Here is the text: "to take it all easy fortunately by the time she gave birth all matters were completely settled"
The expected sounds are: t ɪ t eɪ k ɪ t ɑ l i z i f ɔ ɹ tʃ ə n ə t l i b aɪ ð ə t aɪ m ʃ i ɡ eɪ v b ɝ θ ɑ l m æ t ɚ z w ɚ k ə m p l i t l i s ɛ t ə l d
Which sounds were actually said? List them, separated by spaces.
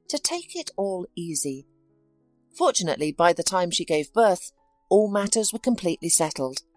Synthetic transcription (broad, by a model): t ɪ t eɪ k ɪ t ɑ l i z i f ɔ ɹ tʃ ə n ə t l i b aɪ ð ə t aɪ m ʃ i ɡ eɪ v b ɝ θ ɑ l m æ t ɚ z w ɚ k ə m p l i t l i s ɛ t l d